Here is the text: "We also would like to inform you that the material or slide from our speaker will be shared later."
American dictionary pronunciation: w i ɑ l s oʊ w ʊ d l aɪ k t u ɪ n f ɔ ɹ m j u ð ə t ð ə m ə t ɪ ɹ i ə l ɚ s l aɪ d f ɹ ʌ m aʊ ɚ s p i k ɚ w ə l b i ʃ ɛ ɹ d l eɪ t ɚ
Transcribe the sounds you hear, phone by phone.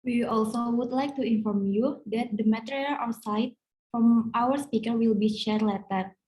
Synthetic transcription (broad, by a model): w i ɑ l s oʊ w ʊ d l aɪ k t u ɪ n f ɔ ɹ m j u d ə t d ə m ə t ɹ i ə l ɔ s aɪ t f ɹ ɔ m aʊ ɚ s p i k ɚ w ə l b i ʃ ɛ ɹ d l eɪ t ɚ